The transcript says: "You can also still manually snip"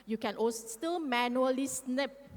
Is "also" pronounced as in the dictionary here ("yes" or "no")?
no